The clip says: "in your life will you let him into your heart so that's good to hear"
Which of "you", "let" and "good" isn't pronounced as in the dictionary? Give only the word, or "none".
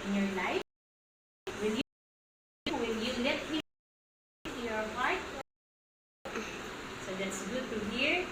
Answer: let